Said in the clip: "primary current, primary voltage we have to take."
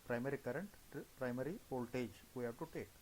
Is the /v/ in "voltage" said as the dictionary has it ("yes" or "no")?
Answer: no